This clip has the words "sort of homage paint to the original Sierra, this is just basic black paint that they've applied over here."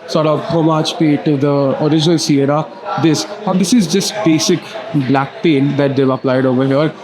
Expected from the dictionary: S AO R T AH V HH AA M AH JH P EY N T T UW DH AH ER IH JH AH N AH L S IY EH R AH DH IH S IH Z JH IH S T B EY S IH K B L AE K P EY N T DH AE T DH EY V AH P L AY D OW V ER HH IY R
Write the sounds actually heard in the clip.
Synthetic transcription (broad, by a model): S AO R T AH V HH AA M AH CH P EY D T T UW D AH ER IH JH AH N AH L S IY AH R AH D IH S IH Z JH IH S T B EY S IH K B L AE K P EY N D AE T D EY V AH P L AY D OW V ER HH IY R